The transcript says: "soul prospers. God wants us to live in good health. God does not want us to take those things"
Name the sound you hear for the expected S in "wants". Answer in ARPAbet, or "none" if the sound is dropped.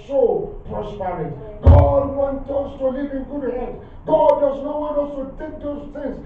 none